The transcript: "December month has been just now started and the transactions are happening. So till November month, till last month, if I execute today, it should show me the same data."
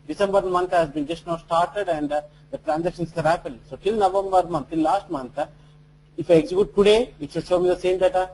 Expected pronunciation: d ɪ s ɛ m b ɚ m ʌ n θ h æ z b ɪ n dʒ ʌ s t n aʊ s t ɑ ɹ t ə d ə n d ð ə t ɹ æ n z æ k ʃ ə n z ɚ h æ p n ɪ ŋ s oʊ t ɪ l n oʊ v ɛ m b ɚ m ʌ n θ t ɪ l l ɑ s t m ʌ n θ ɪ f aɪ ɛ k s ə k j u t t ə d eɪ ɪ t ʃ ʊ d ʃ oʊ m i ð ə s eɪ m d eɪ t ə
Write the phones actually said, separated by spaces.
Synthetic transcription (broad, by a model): d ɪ s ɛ m b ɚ m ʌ n t h æ z b ɪ n dʒ ʌ s t n aʊ s t ɑ ɹ t ə d ə n d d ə t ɹ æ n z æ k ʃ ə n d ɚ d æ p ɪ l s oʊ t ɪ l n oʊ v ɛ m b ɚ m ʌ n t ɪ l l ɑ s t m ʌ n t ɪ f aɪ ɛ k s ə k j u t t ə d eɪ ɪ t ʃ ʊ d ʃ oʊ m i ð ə s eɪ m d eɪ t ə